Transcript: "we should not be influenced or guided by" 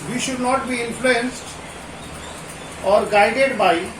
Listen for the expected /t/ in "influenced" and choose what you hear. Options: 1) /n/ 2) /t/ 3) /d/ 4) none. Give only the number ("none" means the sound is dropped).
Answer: 2